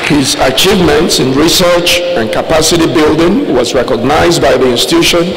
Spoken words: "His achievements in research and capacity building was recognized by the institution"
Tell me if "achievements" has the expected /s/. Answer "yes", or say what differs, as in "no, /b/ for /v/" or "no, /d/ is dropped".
yes